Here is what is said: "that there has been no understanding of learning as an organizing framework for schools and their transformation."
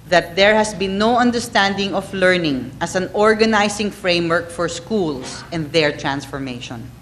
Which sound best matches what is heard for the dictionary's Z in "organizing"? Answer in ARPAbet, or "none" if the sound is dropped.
S